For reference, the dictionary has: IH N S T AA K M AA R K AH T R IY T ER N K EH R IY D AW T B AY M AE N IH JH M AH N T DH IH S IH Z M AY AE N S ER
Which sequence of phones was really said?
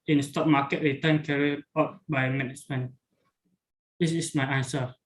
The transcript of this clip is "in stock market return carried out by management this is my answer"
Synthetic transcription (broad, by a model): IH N S T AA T M AA K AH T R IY T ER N K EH R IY AW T B AY M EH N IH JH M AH N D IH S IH S M AY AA N S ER